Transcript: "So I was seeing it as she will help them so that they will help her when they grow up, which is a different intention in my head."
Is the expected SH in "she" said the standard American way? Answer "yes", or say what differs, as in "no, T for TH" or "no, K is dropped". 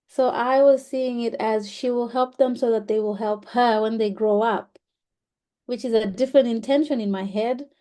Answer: yes